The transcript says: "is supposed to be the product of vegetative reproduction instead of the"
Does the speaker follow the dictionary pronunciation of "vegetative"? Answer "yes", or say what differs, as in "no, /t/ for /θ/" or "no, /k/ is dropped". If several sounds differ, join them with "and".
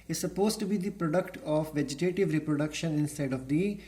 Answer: yes